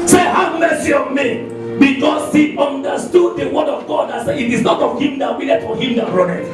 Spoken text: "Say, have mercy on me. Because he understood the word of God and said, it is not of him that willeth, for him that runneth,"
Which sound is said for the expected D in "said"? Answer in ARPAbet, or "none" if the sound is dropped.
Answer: none